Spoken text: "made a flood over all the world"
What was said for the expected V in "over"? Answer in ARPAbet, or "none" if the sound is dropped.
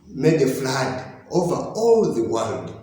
V